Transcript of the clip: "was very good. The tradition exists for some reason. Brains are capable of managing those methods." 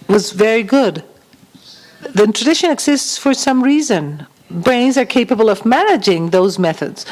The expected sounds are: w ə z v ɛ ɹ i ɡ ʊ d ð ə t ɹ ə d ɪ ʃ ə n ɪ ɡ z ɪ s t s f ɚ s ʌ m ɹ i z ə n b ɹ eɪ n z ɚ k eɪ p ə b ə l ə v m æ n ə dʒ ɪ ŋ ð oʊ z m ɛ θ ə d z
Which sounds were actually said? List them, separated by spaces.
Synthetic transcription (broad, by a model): w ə z v ɛ ɹ i ɡ ʊ d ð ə t ɹ ə d ɪ ʃ ə n ɪ ɡ z ɪ s t s f ɚ s ʌ m ɹ i z ə n b ɹ eɪ n z ɚ k eɪ p ə b ə l ə v m æ n ə dʒ ɪ ŋ ð oʊ z m ɛ θ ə d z